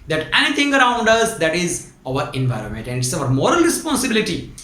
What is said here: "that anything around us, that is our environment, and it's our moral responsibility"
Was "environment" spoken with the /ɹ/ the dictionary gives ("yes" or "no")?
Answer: yes